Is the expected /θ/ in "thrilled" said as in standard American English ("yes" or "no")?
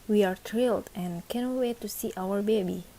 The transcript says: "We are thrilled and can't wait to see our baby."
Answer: no